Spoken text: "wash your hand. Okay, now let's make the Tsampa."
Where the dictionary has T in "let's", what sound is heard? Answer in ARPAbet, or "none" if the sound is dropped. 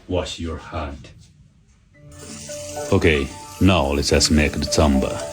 S